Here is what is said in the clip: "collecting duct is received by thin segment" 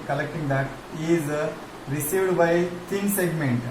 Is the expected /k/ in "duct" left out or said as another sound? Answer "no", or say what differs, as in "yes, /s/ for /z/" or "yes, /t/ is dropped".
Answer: yes, /k/ is dropped